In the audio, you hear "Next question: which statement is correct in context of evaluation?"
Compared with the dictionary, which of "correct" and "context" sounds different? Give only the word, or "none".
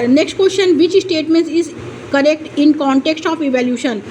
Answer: none